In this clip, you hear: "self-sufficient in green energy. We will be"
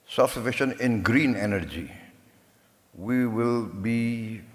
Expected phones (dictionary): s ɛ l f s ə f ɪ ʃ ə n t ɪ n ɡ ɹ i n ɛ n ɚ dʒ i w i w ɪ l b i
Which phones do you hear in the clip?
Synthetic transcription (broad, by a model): s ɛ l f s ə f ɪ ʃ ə n ɪ n ɡ ɹ i n ɛ n ɚ dʒ i w i w ɪ l b i